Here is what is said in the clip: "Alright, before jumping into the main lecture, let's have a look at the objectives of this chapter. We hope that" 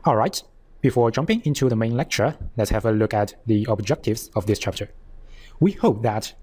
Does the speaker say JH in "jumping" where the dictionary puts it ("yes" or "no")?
yes